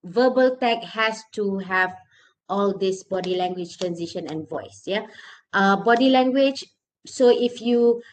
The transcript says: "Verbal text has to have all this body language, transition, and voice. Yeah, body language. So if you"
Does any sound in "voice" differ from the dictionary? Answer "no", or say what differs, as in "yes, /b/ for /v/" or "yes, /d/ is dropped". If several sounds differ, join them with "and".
no